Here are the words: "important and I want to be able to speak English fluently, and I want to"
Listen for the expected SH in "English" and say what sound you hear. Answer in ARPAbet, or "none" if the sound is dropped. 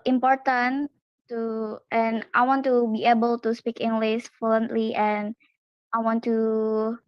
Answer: S